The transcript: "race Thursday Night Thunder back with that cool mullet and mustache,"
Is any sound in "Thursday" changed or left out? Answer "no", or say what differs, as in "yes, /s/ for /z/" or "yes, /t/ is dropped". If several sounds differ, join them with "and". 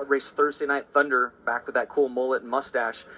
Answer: no